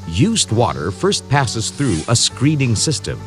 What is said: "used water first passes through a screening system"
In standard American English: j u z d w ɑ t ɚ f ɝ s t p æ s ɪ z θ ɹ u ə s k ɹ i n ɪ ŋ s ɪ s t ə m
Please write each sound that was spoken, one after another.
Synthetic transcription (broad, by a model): j u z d w ɑ t ɚ f ɝ s t p æ s ɪ z θ ɹ u ə s k ɹ i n ɪ ŋ s ɪ s t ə m